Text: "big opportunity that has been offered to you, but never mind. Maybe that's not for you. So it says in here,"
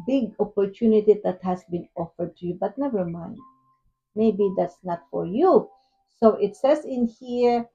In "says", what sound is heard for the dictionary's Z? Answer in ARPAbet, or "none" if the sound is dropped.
S